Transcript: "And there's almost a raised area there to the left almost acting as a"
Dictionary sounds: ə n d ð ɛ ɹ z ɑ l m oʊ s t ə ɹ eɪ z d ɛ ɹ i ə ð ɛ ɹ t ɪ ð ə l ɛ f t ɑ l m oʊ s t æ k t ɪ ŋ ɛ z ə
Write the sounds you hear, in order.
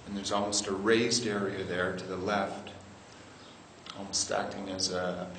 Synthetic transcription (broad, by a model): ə n ð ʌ ɹ z ɑ l m oʊ s t ə ɹ eɪ z d ɛ ɹ i ə ð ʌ ɹ t ɪ ð ə l ɛ f t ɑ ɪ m s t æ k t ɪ ŋ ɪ z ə